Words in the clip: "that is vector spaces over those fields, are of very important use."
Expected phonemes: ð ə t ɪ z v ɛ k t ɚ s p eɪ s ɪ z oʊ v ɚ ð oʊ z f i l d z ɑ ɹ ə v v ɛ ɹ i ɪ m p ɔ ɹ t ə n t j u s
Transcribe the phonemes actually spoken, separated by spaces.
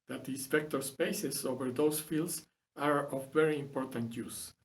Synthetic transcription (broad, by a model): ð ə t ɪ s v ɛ k t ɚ s p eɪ s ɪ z oʊ v ɚ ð oʊ s f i l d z ɑ ɹ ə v v ɛ ɹ i ɪ m p ɔ ɹ t ə n t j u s